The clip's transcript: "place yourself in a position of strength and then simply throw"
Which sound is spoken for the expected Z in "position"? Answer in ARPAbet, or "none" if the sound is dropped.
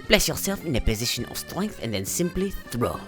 Z